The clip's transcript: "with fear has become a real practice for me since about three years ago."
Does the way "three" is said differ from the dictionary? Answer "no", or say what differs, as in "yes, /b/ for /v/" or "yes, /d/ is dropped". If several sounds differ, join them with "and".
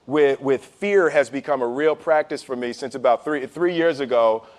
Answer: no